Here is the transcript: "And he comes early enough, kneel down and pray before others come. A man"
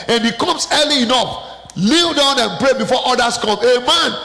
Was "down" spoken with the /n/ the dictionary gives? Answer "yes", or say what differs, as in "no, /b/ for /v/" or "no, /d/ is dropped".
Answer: yes